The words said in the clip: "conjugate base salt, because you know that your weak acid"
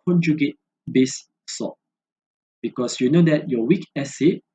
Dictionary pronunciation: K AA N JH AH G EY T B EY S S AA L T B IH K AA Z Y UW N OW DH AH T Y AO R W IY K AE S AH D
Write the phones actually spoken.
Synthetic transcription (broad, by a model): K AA N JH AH G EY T B EY S S AA T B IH K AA S Y UW N OW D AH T Y AO W IY K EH S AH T